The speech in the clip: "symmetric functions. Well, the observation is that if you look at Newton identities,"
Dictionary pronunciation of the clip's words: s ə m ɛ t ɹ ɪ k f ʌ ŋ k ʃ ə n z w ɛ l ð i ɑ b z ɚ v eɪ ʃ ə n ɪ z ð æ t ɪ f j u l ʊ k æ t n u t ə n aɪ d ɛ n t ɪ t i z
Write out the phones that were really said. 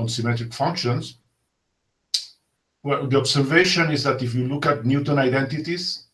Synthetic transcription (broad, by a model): s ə m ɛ t ɹ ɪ k f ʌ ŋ k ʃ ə n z w ɛ l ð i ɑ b s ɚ v eɪ ʃ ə n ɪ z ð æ t ɪ f j u l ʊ k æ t n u t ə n aɪ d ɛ n t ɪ t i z